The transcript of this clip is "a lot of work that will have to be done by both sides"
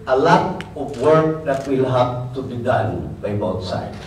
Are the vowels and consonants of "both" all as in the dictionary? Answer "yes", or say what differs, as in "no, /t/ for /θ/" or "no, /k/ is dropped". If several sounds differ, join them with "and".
no, /t/ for /θ/